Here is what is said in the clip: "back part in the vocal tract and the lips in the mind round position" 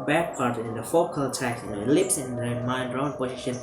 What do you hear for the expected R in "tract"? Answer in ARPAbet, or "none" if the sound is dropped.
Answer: none